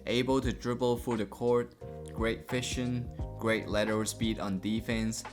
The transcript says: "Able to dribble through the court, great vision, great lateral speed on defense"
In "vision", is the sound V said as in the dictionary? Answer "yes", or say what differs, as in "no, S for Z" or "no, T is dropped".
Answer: no, F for V